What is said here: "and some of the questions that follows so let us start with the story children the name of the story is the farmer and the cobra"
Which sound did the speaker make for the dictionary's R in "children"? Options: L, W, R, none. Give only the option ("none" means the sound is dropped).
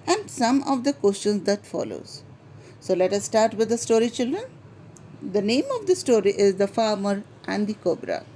R